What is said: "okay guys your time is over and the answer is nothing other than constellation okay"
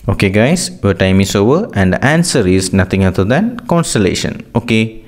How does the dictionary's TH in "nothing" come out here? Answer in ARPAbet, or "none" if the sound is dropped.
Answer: T